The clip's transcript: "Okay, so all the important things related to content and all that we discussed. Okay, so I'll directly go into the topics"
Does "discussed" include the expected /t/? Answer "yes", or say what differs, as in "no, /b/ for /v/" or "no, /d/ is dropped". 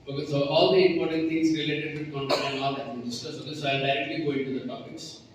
no, /t/ is dropped